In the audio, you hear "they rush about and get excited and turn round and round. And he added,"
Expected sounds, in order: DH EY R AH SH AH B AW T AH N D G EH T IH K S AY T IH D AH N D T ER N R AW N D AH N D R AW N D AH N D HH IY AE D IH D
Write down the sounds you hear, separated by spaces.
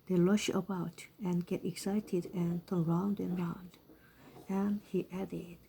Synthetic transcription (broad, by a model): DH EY L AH SH AH B AW T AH N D G EH T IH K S AY T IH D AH N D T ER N R AW N D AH N R AW N D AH N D HH IY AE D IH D